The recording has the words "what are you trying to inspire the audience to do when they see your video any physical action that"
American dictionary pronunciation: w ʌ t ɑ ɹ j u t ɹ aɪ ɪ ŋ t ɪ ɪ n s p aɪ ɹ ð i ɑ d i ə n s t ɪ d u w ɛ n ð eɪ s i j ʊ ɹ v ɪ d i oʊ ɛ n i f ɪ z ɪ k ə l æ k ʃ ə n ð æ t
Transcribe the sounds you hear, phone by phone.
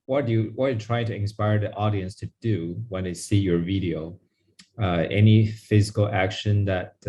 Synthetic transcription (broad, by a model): w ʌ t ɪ w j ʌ t ɹ aɪ ɪ ŋ t ɪ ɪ n s p aɪ ɹ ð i ɑ d i ə n s t ɪ d u w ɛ n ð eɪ s i j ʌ ɹ v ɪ d i oʊ ɛ n i f ɪ z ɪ k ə l æ k ʃ ə n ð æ t